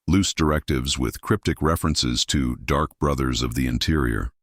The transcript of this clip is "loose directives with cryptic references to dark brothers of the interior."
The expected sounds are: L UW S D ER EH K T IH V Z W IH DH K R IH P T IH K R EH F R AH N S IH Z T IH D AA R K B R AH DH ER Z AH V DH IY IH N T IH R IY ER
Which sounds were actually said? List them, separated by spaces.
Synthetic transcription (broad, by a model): L UW S D ER EH K T IH V Z W IH DH K R IH P T IH K R EH F R AH N S IH Z T IH D AA R K B R AH DH ER Z AH V DH IY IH N T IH R IY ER